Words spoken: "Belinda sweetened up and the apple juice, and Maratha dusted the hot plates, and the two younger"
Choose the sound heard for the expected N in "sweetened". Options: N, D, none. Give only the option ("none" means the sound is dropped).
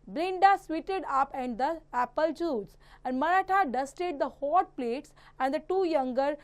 none